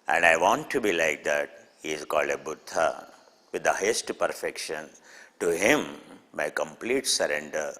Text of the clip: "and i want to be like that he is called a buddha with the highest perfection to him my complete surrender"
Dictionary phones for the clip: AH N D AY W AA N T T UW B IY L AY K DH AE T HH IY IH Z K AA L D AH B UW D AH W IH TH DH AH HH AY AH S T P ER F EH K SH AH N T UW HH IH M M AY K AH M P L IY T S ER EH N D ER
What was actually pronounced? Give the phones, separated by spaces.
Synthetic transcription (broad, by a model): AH N D AY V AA N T T UW B IY L AY K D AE T HH IY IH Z K AA L D AH B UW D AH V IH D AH HH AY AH S T P ER F EH K SH AH N T UW HH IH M M AY K AH M P L IY T S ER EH N D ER